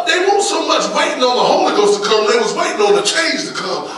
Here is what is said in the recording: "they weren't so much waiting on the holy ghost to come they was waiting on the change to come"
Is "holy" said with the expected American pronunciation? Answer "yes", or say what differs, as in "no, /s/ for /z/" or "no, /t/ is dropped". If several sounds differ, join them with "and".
yes